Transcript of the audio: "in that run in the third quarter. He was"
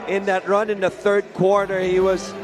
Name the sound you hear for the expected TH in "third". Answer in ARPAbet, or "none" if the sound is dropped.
TH